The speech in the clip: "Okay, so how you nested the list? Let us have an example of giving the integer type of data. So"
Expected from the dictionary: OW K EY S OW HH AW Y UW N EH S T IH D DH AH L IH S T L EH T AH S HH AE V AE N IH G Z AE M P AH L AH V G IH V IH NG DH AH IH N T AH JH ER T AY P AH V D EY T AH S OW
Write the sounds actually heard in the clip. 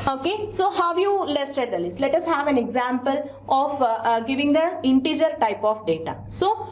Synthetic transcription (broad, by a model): OW K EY S OW HH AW Y UW L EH S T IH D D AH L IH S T L EH T AH S HH AE V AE N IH G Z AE M P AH L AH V G IH V IH NG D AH IH N T AH JH ER T AY P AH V D EY T AH S OW